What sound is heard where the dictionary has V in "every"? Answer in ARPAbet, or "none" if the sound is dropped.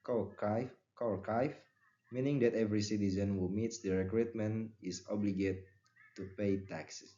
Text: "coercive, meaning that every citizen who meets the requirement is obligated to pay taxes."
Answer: V